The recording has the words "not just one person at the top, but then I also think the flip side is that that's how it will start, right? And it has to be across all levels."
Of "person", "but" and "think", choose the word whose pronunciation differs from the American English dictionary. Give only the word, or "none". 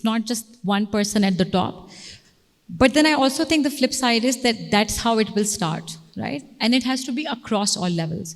think